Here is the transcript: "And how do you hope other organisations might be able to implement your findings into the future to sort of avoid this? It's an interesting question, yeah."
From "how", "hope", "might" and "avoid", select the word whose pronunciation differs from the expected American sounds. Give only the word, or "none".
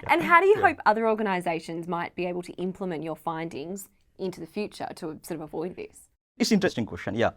none